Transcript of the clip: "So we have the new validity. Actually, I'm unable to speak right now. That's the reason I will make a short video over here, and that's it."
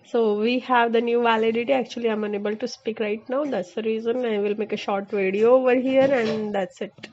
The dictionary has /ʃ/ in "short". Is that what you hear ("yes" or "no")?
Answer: yes